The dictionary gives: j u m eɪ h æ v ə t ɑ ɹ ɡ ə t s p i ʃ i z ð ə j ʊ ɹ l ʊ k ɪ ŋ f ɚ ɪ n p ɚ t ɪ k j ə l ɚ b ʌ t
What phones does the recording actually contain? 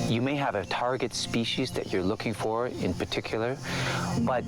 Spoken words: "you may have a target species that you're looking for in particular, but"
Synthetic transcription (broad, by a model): j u m eɪ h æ v ə t ɑ ɹ ɡ ə t s p i ʃ i z ð ə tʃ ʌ ɹ l ʊ k ɪ ŋ f ɚ ɪ n p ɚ t ɪ k j l ɚ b ʌ t